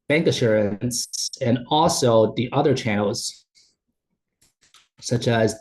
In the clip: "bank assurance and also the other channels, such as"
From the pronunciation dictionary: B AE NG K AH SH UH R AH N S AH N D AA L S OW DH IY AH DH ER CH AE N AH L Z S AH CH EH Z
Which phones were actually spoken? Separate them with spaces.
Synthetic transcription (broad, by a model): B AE NG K AH SH UH R AH N S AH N AA L S OW DH IY AH DH ER CH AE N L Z S AH CH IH Z